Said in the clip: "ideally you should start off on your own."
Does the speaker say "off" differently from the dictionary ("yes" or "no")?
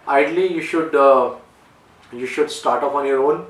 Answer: yes